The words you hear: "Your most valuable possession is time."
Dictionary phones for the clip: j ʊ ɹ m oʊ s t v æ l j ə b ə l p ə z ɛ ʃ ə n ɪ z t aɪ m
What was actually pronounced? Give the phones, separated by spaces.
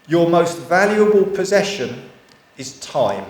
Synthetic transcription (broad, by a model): j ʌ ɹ m oʊ s t v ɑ l j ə b ə l p ə z ɛ ʃ ə n ɪ z t aɪ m